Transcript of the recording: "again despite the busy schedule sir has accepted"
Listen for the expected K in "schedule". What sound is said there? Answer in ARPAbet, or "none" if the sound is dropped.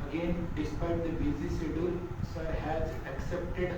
none